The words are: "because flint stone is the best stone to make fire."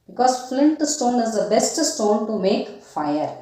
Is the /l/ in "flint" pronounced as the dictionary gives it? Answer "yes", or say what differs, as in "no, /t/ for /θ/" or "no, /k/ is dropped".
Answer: yes